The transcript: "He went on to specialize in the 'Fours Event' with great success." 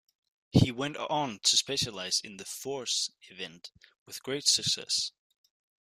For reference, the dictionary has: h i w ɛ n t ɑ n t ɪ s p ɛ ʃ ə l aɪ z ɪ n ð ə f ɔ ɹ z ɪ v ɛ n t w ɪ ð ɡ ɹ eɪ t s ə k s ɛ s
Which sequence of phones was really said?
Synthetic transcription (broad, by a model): h i w ɛ n t n t ɪ s p ɛ ʃ ə l aɪ z ɪ n ð ə f ɔ ɹ s ɪ v ɛ n t w ɪ ð ɡ ɹ eɪ t s ə k s ɛ s